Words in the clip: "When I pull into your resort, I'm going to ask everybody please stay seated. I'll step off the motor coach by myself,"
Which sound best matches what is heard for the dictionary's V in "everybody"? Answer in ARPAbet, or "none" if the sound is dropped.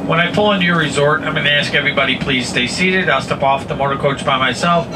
V